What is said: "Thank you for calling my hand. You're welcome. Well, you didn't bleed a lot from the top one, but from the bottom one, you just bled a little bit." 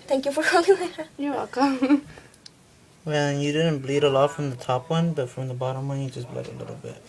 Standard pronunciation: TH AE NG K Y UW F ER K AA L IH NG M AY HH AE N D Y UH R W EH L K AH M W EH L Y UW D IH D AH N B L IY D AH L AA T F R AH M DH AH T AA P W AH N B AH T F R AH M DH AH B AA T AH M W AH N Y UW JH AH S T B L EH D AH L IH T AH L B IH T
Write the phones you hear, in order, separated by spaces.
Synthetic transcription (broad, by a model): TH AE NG K Y UW F ER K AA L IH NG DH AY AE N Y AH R W EH L K AH M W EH N Y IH D IH D N B L IY D AH L AA T F R AH M DH AH T AA P W AH N B AH T F R AH M DH AH B AA T AH M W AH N Y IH JH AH S B L EH D AH L IH T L B IH T